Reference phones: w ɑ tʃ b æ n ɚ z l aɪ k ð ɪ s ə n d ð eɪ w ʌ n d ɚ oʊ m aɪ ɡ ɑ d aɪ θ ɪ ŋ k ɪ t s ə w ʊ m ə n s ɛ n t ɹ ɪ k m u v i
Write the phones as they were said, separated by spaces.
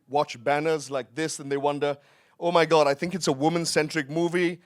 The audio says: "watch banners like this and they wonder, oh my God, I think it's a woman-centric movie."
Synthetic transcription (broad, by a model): w ɑ tʃ b æ n ɚ z l aɪ k ð ɪ s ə n ð eɪ w ʌ n d ɚ oʊ m aɪ ɡ ɑ d aɪ θ ɪ ŋ k ɪ t s ə w ʊ m ə n s ɛ n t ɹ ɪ k m u v i